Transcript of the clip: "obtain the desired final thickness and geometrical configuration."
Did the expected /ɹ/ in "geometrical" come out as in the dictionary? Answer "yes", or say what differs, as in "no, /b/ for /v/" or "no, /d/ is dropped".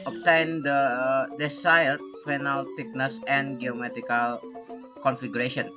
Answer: no, /ɹ/ is dropped